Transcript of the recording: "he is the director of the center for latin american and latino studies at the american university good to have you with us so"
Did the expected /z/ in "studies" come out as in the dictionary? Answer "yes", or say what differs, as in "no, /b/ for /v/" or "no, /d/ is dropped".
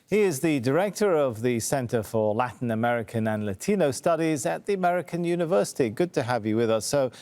yes